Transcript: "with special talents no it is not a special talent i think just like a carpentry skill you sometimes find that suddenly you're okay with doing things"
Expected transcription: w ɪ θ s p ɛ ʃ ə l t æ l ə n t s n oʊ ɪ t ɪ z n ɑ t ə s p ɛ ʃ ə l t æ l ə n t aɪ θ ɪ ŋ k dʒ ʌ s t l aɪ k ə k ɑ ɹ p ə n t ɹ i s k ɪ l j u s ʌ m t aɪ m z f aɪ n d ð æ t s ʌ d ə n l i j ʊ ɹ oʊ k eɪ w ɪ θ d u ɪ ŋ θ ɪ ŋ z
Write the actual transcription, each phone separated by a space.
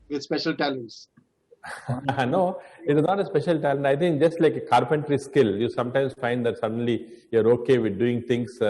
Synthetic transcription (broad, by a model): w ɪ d s p ɛ ʃ ə l t æ l ə n t s n oʊ ɪ t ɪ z n ɑ t ə s p ɛ ʃ ə l t æ l ə n t aɪ t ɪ ŋ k dʒ ʌ s t l aɪ k ə k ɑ ɹ p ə n t ɹ i s k ɪ l j u s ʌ m t aɪ m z f aɪ n d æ t s ʌ d ə n l i j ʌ ɹ oʊ k eɪ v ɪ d d u ɪ ŋ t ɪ ŋ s